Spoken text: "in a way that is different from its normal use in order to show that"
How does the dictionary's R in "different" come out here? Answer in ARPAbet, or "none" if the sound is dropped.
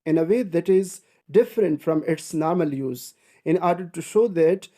R